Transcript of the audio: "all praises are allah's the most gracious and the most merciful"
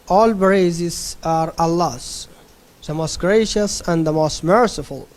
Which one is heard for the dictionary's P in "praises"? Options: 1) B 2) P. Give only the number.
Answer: 1